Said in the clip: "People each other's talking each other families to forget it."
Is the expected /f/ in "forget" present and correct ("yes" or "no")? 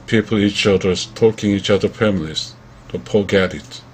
no